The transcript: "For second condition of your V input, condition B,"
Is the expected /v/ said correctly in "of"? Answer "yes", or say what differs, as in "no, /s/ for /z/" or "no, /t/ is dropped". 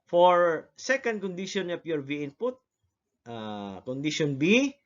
no, /p/ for /v/